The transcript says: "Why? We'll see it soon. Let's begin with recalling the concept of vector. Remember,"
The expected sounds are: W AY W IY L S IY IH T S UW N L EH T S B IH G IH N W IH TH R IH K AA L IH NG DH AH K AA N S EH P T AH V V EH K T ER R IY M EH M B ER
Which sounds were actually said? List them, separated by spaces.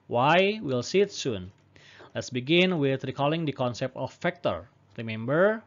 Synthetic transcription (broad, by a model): W AY W IY L S IY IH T S UW N L EH T S B IH G IH N W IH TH R IH K AA L IH NG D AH K AA N S EH P T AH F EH K T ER R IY M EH M B ER